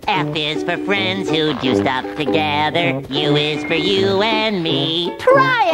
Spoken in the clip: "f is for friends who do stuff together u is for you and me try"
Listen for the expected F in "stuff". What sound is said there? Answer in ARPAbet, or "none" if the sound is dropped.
P